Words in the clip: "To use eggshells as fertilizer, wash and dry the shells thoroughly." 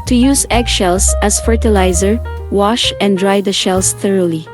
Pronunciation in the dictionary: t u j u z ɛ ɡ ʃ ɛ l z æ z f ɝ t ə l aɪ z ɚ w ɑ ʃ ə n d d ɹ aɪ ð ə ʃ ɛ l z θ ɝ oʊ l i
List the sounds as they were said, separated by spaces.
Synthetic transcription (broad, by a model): t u j u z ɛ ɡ ʃ ɛ l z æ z f ɝ t ə l aɪ z ɚ w ɑ ʃ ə n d d ɹ aɪ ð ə ʃ ɛ l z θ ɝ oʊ l i